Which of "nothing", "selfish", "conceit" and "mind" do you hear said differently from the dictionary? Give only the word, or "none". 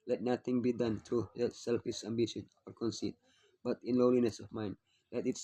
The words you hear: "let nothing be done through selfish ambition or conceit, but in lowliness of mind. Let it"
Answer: nothing